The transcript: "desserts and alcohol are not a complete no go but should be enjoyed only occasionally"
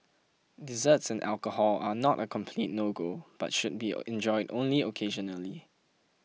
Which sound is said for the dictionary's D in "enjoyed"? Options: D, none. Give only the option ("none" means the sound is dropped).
D